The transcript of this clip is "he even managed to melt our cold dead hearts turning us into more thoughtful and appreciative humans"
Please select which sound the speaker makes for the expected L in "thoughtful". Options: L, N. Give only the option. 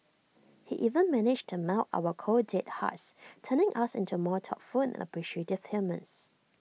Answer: N